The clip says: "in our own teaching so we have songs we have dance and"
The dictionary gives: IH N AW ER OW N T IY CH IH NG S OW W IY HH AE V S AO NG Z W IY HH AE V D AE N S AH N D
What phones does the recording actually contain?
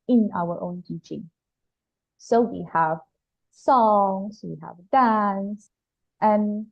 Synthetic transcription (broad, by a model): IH N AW ER OW N T IY CH IH NG S OW W IY HH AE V S AO NG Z W IY HH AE V D AE N S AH N